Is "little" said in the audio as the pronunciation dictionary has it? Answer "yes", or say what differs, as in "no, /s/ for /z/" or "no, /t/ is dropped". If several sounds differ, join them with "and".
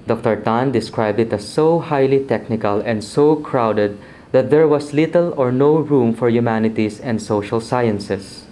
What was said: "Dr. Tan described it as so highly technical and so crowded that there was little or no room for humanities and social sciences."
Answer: yes